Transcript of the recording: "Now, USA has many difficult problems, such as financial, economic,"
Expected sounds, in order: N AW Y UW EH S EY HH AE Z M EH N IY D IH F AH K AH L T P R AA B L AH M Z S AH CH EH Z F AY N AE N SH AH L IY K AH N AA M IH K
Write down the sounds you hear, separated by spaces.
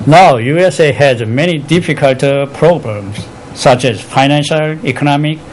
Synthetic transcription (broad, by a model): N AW Y UW EH S EY HH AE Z M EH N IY D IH F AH K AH L T P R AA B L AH M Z S AH CH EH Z F AY N AE N SH AH L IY K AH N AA M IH K